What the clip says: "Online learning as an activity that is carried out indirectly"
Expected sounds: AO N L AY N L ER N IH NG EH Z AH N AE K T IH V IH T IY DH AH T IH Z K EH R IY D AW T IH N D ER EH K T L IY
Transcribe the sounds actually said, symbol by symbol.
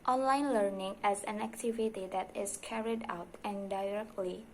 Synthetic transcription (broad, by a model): AO N L AY N L ER N IH NG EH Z AH N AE K T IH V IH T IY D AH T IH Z K EH R IY D AW T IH N D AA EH K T L IY